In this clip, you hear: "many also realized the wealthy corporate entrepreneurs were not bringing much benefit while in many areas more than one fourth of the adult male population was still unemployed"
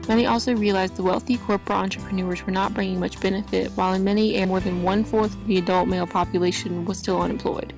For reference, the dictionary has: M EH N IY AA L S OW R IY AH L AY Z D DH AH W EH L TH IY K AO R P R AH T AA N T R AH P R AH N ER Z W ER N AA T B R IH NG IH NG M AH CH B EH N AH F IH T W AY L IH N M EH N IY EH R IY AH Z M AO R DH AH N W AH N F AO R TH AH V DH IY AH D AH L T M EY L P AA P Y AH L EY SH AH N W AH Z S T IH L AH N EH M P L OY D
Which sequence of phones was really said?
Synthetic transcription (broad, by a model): M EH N IY AA L S OW R IY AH L AY Z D DH AH W EH L TH IY K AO R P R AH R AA N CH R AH P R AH N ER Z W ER N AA T B R IH NG IH NG M AH CH B EH N AH F IH T W AY L IH N M EH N IY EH M AO R DH AH N W AH N F AO R TH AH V DH IY AH D AH L T M EY L P AA P Y AH L EY SH AH N W AH Z S T IH L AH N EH M P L OY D